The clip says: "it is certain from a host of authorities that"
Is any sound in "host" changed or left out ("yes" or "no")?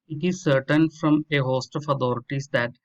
no